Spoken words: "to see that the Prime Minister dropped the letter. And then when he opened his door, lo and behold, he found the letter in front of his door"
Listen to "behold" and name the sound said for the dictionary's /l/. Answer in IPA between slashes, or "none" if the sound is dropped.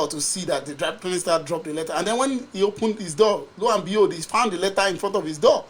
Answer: none